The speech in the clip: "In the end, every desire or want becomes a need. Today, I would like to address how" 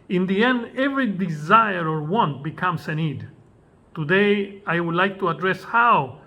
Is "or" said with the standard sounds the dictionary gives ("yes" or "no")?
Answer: yes